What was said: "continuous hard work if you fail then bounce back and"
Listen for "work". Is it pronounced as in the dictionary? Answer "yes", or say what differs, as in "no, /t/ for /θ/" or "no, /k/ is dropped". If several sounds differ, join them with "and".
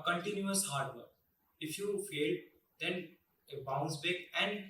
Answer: no, /k/ is dropped